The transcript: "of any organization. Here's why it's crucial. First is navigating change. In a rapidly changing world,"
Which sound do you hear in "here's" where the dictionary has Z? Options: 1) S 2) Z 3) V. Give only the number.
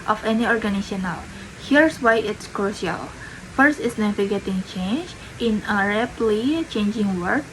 1